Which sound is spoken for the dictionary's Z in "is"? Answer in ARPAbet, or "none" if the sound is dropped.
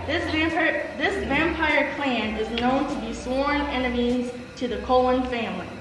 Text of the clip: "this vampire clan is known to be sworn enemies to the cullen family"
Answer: Z